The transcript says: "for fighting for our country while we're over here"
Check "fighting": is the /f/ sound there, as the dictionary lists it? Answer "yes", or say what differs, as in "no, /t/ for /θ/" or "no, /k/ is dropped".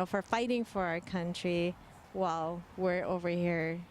yes